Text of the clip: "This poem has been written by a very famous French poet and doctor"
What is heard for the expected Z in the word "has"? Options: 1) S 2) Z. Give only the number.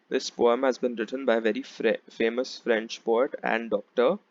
2